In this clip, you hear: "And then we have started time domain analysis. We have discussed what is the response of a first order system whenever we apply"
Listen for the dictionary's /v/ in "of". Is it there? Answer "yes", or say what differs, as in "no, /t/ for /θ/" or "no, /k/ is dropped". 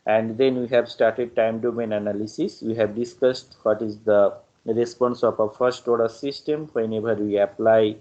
no, /p/ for /v/